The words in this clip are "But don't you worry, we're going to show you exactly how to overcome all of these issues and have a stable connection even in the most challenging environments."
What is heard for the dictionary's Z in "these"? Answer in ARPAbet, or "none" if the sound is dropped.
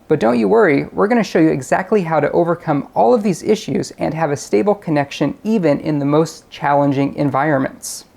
Z